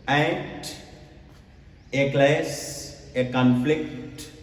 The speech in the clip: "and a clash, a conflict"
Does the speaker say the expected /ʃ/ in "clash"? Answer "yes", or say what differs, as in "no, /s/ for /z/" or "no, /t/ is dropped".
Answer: no, /s/ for /ʃ/